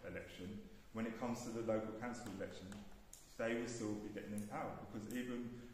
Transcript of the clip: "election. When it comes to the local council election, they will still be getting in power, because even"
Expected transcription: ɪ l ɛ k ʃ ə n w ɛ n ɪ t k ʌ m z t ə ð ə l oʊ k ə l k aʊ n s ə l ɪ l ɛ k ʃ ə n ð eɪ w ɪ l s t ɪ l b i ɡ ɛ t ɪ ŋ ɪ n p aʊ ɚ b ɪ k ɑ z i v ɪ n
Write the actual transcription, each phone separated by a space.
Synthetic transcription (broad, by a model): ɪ l ɛ k ʃ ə n w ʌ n ɪ t k ʌ m z t ə ð ə l oʊ k ə l k aʊ n s ə l ɪ l ɛ k ʃ ə n ð eɪ w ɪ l s t ɪ l b i ɡ ɛ t ɪ ŋ ɪ n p aʊ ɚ b ɪ k ɑ z i v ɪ n